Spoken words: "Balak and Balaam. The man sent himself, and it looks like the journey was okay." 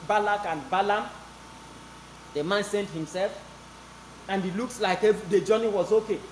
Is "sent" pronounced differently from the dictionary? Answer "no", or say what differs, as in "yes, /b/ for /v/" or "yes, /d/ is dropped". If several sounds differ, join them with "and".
no